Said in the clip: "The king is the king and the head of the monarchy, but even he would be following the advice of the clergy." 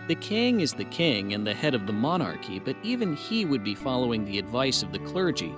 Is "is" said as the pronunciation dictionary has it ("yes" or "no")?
yes